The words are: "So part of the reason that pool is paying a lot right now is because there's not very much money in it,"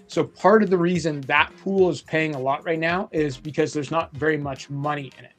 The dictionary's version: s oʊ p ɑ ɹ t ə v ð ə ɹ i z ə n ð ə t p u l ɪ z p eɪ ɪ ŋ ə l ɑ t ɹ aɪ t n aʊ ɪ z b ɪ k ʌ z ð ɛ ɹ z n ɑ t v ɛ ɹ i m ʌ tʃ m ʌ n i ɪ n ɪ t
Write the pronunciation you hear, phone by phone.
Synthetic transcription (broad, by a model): s oʊ p ɑ ɹ t ə v ð ə ɹ i z ə n ð ə t p u l ɪ z p eɪ ɪ ŋ ə l ɑ t ɹ aɪ t n aʊ ɪ z b ɪ k ʌ z ð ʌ ɹ z n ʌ t v ɛ ɹ i m ʌ tʃ m ʌ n i ɪ n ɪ t